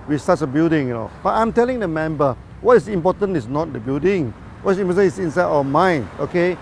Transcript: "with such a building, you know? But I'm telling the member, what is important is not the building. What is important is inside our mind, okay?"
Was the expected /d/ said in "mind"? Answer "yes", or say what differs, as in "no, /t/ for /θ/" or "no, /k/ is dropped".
no, /d/ is dropped